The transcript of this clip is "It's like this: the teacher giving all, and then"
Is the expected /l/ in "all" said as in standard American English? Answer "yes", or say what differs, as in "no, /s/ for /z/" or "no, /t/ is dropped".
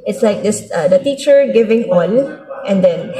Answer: no, /n/ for /l/